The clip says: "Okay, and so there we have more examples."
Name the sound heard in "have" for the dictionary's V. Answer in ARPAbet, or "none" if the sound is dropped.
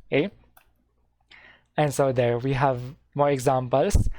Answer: V